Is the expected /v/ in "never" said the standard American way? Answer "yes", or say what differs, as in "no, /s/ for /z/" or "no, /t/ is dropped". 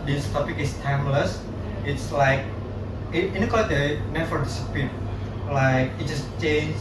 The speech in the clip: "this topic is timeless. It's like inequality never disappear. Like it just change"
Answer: no, /f/ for /v/